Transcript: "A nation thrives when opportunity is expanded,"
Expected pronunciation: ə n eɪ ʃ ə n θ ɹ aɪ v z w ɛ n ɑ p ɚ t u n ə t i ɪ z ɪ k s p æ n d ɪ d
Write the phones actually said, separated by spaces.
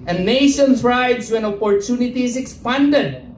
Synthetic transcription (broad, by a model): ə n eɪ ʃ ə n s ɹ aɪ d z w ɛ n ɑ p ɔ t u n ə t i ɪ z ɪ k s p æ n d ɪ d